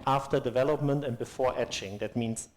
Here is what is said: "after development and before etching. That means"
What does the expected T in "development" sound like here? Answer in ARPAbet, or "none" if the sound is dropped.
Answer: T